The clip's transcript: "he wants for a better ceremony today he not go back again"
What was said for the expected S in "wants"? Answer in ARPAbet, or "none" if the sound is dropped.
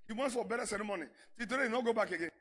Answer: none